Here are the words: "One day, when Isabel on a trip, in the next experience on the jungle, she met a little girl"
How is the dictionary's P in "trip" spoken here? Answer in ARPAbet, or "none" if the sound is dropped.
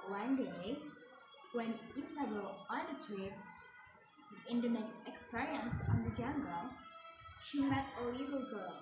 none